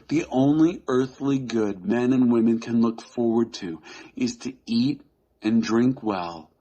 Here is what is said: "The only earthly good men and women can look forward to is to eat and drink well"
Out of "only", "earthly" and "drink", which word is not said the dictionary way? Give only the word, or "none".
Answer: none